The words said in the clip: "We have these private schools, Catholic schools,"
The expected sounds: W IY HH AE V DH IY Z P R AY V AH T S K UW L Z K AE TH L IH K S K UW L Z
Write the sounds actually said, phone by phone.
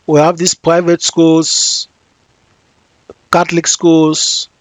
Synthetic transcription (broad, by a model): W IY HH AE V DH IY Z P R AY V AH T S K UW L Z K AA T L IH K S K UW L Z